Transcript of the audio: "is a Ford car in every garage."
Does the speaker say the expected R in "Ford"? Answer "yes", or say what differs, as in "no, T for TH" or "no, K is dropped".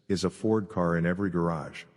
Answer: yes